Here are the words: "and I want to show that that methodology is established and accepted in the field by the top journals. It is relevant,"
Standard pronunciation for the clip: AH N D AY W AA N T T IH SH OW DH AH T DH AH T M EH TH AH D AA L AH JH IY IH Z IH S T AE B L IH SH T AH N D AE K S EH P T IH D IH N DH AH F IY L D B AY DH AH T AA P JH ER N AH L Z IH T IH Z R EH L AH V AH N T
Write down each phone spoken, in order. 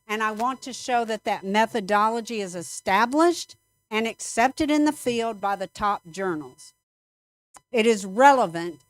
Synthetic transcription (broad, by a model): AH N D AY W AA N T T IH SH OW DH AH T DH AH T M EH TH AH D AA L AH JH IY IH Z IH S T AE B L IH SH T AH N AE K S EH P T IH D IH N DH AH F IY L D B AY DH AH T AA P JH ER N L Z IH T IH Z R EH L AH V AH N T